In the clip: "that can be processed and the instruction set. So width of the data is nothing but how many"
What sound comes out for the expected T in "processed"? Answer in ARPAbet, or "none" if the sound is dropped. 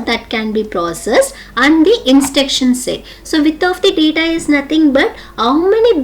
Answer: none